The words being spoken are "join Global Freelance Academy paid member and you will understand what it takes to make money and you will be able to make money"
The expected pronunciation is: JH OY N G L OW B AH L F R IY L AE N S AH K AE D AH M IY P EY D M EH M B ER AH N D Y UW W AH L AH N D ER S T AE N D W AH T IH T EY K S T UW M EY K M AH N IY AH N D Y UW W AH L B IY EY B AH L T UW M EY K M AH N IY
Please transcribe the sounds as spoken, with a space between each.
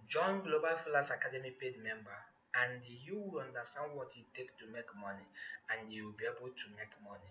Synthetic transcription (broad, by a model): JH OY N G L OW B AH L F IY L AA S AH K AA D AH M IY P EY D M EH M B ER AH N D Y UW W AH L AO N D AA S T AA N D W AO T IH T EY K T UW M EY K M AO N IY AH N D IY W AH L B IY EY B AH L T UW M EY K M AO N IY